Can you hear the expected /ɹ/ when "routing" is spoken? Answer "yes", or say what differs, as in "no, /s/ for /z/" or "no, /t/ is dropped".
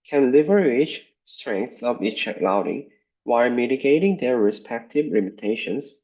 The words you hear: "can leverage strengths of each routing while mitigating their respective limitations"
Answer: no, /l/ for /ɹ/